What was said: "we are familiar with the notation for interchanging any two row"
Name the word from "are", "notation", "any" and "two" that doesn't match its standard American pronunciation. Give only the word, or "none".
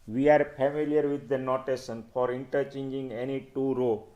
notation